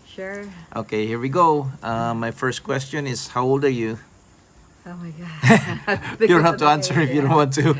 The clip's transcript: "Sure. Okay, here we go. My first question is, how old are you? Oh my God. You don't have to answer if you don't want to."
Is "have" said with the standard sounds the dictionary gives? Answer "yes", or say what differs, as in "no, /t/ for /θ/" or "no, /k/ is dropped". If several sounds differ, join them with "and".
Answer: no, /f/ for /v/